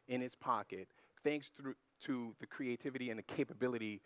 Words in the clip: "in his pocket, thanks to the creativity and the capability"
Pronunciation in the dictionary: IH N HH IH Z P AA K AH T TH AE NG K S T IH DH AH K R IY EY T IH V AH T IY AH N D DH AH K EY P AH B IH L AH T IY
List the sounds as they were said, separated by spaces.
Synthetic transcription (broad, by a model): IH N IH S P AA K AH T TH AE NG K S T IH DH AH K R IY EY T IH V AH T IY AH N DH AH K EY P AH B IH L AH T IY